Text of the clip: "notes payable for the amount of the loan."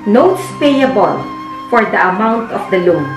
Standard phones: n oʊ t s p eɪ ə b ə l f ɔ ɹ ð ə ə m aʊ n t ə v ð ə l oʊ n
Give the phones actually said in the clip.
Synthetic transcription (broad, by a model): n oʊ t s p eɪ ə b ə l f ɔ ɹ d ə ə m aʊ n t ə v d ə l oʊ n